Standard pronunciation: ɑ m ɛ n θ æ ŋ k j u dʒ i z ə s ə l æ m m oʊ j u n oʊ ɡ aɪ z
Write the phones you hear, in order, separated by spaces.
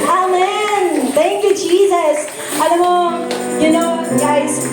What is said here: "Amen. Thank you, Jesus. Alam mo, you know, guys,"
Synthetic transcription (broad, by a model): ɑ m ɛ n θ æ ŋ k j u dʒ i z ə s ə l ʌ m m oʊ j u n oʊ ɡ aɪ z